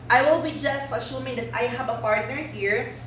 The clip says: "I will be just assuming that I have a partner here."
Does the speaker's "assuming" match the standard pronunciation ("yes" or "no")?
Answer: no